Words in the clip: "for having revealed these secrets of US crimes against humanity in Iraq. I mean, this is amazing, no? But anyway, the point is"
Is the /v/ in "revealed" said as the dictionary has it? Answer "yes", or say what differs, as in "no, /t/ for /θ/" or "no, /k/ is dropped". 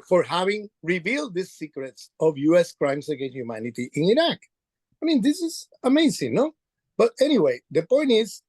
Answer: yes